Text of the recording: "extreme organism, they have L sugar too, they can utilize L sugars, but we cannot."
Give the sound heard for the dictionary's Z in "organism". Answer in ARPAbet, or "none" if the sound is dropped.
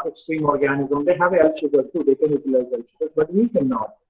Z